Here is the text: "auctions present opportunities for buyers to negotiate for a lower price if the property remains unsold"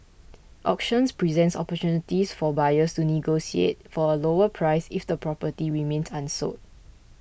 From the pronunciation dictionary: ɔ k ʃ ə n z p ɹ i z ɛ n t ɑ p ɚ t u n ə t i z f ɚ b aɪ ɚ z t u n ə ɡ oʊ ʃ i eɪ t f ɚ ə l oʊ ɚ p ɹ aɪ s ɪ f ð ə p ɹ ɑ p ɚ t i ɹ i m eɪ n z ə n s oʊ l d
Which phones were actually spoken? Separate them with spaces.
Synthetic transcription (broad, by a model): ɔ k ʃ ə n s p ɹ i z ɛ n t ɑ p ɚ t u n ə t i s f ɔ b aɪ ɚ s t u n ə ɡ oʊ s i eɪ t f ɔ ə l oʊ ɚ p ɹ aɪ s ɪ f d ə p ɹ ɑ p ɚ t i ɹ i m eɪ n s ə n s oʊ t